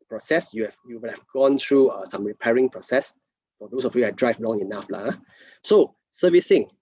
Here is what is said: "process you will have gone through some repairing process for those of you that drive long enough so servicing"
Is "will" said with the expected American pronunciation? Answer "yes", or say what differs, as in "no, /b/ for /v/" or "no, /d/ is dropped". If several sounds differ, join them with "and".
no, /w/ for /l/